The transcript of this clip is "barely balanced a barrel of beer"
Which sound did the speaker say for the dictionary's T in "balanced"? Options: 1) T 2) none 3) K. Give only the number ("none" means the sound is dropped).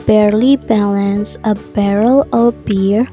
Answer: 2